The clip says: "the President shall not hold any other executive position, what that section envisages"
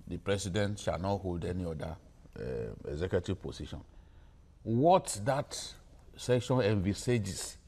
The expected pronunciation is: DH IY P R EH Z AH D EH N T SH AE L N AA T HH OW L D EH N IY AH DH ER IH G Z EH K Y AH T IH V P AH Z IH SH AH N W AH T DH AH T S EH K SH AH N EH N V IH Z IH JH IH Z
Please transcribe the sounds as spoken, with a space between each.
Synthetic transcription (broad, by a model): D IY P R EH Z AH D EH N T SH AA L N AA T HH OW L D EH N IY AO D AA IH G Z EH K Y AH T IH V P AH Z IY SH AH N W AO T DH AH T S EH K SH AH N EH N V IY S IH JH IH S